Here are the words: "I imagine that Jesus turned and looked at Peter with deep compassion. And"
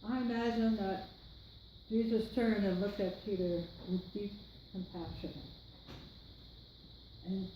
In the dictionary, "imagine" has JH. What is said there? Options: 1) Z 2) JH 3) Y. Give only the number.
1